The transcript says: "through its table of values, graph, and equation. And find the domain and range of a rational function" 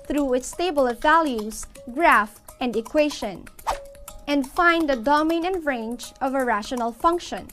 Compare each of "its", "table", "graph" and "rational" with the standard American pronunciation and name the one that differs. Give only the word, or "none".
none